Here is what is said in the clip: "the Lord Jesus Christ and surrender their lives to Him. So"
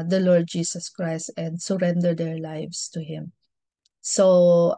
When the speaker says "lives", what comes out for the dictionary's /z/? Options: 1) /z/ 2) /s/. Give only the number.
2